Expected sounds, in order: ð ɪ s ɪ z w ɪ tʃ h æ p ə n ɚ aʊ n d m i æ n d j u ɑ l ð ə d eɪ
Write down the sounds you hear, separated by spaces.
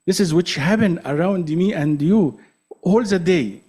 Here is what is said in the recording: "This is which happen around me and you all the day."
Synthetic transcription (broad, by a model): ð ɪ s ɪ z w ɪ tʃ h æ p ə n ɚ aʊ n d m i æ n d j u ɑ l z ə d eɪ